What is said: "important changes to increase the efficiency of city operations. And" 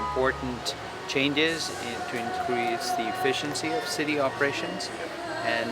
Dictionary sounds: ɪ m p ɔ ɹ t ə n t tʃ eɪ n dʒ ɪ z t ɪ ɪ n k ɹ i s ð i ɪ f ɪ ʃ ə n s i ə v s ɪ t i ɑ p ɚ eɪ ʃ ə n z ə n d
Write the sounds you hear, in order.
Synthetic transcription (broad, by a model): m p ɔ ɹ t n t tʃ eɪ n dʒ ɪ z t ɪ ɪ n k ɹ i s ð i ɪ f ɪ ʃ ə n s i ə v s ɪ t i ɑ p ɚ eɪ ʃ ə n z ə n